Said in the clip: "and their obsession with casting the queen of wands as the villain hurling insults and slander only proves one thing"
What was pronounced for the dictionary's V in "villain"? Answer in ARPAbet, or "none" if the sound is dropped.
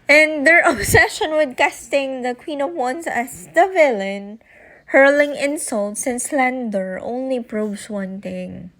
V